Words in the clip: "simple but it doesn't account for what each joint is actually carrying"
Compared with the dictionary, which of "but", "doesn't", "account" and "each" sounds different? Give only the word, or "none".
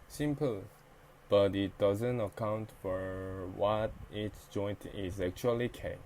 each